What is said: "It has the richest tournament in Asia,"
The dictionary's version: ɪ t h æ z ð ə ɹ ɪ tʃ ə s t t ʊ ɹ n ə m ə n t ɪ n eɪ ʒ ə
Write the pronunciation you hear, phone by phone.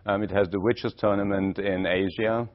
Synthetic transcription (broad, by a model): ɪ t h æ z ð ə w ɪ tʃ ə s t t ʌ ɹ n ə m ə n t ɪ n eɪ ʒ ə